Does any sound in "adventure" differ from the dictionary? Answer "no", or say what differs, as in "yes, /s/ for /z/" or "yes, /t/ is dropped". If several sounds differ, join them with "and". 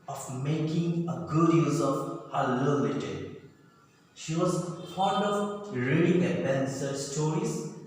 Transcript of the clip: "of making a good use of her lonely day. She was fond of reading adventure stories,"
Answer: yes, /s/ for /tʃ/